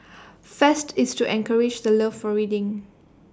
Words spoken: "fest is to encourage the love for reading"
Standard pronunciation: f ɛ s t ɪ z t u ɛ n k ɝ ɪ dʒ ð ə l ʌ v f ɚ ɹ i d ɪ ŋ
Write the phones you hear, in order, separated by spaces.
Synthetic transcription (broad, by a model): f ɛ s t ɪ s t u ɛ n k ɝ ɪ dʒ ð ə l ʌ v f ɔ ɹ i d ɪ ŋ